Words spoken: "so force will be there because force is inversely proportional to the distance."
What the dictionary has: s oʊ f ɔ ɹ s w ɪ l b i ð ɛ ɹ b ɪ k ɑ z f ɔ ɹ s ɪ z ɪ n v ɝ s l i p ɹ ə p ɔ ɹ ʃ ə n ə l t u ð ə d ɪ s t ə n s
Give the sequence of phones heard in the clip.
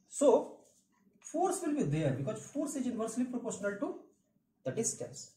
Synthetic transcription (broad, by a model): s oʊ f ɔ ɹ s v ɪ l b i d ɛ ɹ b ɪ k ɑ z f ɔ ɹ s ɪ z ɪ n v ɝ s l i p ɹ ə p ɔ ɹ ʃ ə n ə l t u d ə d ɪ s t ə n s